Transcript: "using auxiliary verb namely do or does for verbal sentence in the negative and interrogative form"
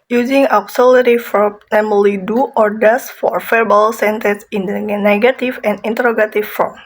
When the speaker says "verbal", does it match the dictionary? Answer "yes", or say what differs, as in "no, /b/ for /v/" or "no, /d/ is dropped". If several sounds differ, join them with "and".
no, /f/ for /v/